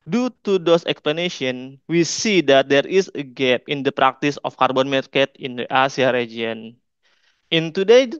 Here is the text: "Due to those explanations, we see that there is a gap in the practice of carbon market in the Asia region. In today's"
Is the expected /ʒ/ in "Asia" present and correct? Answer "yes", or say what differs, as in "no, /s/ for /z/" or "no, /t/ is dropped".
no, /s/ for /ʒ/